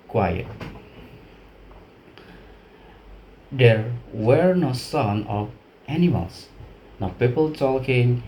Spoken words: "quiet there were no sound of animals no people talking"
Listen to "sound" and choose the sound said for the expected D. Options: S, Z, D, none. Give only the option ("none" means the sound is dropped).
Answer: none